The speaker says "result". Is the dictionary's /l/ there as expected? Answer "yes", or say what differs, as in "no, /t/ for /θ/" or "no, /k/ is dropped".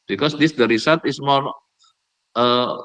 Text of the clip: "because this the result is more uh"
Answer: no, /l/ is dropped